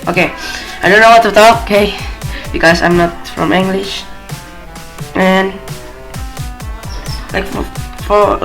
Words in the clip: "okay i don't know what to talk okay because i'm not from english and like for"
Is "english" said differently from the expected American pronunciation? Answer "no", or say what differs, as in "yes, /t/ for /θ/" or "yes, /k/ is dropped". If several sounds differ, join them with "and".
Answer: no